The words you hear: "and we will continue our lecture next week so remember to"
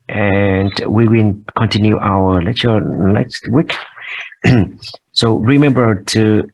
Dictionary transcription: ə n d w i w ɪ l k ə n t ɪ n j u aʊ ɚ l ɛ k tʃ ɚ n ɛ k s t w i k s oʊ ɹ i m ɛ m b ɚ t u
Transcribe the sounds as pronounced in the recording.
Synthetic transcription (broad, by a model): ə n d w i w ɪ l k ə n t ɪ n j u aʊ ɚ l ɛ tʃ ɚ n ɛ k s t w i k s oʊ ɹ i m ɛ m b ɚ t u